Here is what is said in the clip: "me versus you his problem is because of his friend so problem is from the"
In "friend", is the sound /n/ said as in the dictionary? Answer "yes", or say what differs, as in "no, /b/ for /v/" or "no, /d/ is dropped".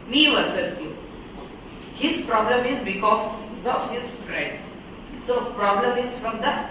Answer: no, /n/ is dropped